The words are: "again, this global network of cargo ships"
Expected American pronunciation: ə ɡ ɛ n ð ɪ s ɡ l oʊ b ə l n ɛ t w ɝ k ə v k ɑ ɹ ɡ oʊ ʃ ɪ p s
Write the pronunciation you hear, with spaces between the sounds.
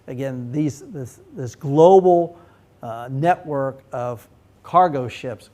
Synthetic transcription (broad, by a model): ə ɡ ɛ n ð ɪ s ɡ l oʊ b l n ɛ t w ɝ k ə v k ɑ ɹ ɡ oʊ ʃ ɪ p s